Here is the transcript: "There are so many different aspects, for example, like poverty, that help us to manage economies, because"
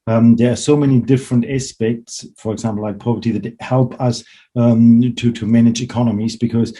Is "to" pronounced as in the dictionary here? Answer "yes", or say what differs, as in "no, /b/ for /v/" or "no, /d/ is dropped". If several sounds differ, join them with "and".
yes